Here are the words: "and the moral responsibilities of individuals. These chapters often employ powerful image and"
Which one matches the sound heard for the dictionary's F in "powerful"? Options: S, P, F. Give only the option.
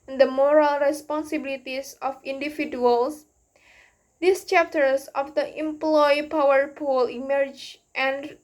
P